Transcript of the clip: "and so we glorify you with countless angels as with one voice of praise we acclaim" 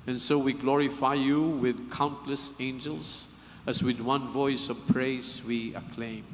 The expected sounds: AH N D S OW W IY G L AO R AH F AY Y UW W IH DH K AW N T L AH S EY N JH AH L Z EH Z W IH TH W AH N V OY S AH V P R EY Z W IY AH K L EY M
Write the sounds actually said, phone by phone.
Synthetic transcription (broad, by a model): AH N S OW W IY G L AO R AH F AY Y UW W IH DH K AW N T L AH S EY N JH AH L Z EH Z W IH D W AH N V OY S AH V P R EY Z W IY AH K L EY M